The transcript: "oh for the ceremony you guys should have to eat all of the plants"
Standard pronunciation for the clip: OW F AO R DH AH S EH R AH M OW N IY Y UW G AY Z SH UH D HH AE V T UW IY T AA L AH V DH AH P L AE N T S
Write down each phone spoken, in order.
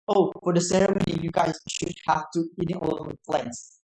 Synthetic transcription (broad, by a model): OW F AO R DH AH S EH R AH M OW N IY Y UW G AY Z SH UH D HH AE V T UW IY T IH N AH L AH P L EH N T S